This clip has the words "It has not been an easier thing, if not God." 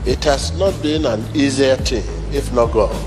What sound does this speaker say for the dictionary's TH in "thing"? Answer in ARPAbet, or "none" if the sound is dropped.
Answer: T